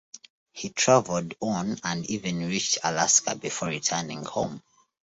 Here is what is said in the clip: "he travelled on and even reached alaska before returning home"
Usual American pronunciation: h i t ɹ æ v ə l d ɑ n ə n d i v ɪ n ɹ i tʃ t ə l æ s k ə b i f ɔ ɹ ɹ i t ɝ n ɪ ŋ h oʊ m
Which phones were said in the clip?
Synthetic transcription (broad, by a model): h i t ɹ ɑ v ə l d ɑ n ə n d i v ɪ n ɹ i tʃ t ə l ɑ s k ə b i f ɔ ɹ ɹ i t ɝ n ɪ ŋ h oʊ m